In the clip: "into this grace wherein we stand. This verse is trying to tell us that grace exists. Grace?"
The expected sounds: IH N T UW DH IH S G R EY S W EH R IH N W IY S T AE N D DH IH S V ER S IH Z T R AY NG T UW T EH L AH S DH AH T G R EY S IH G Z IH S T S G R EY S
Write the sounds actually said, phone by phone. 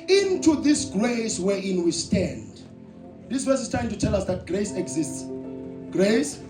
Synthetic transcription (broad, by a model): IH N T UW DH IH S G R EY S W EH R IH N W IY S T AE N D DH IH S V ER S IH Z T AY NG T UW T EH L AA S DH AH T G R EY S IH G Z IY S T S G R EY S